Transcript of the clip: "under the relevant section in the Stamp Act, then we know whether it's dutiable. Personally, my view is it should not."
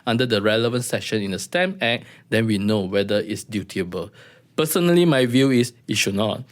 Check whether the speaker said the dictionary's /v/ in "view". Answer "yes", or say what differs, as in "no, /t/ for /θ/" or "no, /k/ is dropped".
yes